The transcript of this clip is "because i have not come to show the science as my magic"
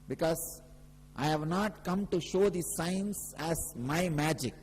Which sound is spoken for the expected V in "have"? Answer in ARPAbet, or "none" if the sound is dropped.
V